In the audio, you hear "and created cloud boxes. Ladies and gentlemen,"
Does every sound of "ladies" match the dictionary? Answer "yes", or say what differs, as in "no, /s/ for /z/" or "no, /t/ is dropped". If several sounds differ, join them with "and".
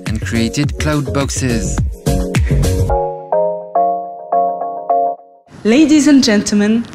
yes